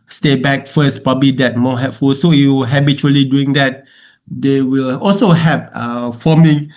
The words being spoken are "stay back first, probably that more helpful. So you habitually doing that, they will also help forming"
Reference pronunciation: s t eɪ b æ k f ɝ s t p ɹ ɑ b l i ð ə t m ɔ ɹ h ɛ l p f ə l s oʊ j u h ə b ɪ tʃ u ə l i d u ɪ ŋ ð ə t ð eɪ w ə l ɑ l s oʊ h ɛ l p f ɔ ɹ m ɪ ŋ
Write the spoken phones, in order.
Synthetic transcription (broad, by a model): s t eɪ b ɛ k f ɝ s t p ɹ ɑ b l i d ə t m ɔ h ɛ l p f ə l s oʊ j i h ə b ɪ tʃ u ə l i d u ɪ ŋ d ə t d eɪ w ə l ɑ l s oʊ h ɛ p f ɔ m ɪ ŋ